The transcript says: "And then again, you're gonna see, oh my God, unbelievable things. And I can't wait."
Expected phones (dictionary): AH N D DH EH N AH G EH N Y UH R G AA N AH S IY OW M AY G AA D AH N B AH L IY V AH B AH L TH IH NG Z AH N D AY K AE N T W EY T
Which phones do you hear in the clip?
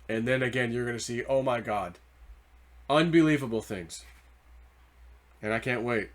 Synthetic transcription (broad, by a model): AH N DH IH N AH G EH N Y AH R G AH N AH S IY OW M AY G AA D AH N B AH L IY V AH B L TH IH NG Z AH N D AY K AE N T W EY T